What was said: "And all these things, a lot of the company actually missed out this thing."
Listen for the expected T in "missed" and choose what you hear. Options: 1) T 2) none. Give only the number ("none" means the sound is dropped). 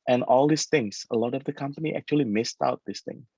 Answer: 1